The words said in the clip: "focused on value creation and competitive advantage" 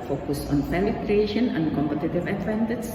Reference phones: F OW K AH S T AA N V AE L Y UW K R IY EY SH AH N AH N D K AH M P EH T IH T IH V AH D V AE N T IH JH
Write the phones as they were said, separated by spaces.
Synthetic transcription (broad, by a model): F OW K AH S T AA N P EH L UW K R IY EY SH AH N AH N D K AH M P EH T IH T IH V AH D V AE N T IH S